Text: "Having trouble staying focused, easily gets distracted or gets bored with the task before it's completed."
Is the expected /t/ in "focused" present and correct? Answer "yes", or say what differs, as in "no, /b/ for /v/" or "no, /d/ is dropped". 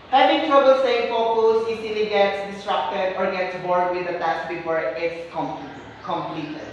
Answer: no, /t/ is dropped